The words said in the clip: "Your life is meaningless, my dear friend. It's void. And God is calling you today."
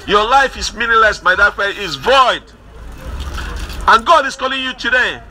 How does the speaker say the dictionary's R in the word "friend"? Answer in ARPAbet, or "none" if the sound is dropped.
none